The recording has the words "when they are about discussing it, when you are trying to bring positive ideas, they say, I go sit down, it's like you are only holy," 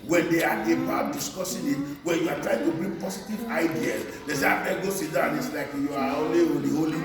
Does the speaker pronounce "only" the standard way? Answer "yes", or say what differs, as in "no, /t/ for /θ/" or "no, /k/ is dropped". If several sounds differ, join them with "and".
no, /l/ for /n/